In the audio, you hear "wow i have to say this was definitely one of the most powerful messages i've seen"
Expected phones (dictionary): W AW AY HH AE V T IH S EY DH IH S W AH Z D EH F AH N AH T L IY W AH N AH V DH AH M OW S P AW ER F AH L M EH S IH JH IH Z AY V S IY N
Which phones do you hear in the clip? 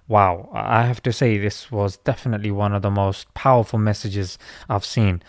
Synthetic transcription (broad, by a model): W AW AY HH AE F T IH S EY DH IH S W AH Z D EH F AH N AH T L IY W AH N AH V DH AH M OW S P AW ER F AH L M EH S IH JH IH Z AY V S IY N